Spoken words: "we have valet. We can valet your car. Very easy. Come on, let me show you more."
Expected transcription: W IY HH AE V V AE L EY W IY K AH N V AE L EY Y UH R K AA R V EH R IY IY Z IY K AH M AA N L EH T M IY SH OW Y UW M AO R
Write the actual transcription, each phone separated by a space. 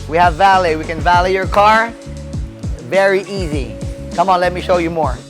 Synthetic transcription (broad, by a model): W IY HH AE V V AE L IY W IY K AH N V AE L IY Y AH R K AA R V EH R IY IY Z IY K AH M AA N L EH T M IY SH OW Y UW M AO R